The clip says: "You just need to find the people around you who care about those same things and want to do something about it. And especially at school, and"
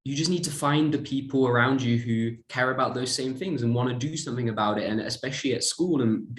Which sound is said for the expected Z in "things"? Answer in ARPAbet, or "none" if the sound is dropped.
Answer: Z